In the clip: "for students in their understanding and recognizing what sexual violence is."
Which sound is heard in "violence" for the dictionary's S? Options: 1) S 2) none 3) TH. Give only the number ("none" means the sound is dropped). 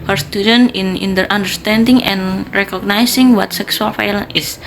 2